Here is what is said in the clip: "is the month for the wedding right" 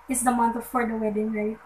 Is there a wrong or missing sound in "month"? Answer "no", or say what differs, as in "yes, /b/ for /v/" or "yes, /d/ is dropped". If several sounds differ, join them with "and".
yes, /t/ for /θ/